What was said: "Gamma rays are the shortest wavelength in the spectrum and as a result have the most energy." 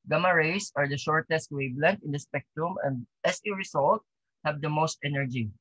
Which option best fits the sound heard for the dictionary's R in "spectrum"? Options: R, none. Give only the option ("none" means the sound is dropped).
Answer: R